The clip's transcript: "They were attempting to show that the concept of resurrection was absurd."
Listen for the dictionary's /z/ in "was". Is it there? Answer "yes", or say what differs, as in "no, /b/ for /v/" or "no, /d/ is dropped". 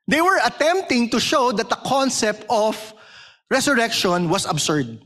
no, /s/ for /z/